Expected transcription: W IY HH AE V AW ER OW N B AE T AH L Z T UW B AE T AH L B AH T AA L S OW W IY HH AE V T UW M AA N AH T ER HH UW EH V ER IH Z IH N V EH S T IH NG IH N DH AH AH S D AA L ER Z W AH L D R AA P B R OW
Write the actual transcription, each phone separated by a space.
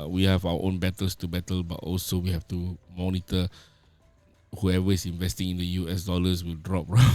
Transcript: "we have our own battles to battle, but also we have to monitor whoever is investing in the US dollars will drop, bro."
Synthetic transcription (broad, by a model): W IY HH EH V AW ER OW N B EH T AH L S T UW B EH T AH L B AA T AA L S OW W IY HH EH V T UW M AA N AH T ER HH UW EH V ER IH S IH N V EH S T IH NG IH N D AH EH S D AA L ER S W AH L D R AA P R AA